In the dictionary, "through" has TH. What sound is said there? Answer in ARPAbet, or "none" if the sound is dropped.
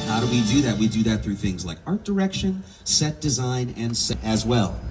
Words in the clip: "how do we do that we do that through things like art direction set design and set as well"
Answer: TH